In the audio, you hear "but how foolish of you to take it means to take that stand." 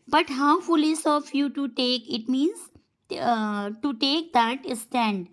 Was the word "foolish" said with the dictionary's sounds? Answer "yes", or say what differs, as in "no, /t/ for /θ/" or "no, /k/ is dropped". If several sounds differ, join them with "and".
no, /s/ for /ʃ/